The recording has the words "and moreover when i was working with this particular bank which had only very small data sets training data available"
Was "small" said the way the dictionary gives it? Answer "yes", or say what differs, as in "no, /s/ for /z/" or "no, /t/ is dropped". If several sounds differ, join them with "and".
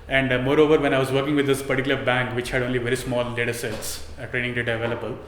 yes